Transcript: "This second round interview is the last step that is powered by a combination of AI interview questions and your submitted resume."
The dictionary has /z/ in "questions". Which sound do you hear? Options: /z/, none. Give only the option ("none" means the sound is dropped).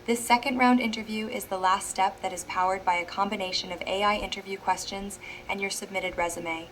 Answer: /z/